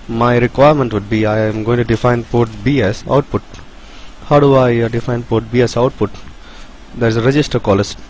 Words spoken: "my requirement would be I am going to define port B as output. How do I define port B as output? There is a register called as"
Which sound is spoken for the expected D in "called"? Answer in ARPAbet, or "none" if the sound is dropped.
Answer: none